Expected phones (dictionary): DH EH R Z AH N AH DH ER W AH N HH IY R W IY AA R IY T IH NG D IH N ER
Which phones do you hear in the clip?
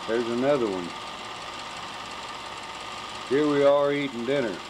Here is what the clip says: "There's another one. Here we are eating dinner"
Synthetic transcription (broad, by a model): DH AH R Z AH N AH DH ER W AH N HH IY R W IY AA L IY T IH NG D IH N ER